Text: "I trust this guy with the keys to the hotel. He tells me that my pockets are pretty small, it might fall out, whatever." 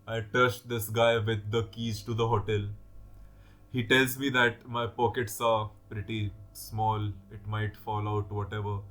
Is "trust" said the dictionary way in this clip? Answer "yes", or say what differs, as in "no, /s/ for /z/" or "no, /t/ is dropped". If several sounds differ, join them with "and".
no, /ɹ/ is dropped